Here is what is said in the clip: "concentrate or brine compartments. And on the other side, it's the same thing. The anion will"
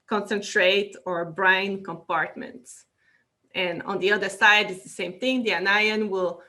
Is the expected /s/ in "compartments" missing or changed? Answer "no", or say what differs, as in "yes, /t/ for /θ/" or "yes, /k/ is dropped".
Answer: no